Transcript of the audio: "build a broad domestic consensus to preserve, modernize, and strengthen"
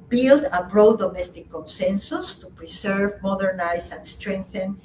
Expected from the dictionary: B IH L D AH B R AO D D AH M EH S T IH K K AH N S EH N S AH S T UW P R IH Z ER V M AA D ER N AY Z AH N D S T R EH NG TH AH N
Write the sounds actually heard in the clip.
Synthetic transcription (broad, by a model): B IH L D AH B R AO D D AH M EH S T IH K K AH N S EH N S AH S T UW P R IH S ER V M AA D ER N AY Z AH N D S T R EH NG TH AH N